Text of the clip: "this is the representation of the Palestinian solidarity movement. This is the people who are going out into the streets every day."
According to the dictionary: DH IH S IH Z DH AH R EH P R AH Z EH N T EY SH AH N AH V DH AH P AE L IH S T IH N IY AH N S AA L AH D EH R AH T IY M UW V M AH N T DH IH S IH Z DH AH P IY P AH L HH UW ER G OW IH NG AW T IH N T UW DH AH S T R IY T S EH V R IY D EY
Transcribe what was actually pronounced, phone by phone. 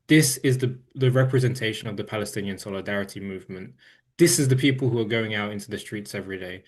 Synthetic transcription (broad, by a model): DH IH S IH Z DH AH R EH P R AH Z EH N T EY SH AH N AH V DH AH P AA L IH S T IH N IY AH N S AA L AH D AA R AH T IY M UW V M AH N T DH IH S IH Z DH AH P IY P AH L HH UW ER G OW IH NG AW T IH N T UW DH AH S T R IY T S EH V R IY D EY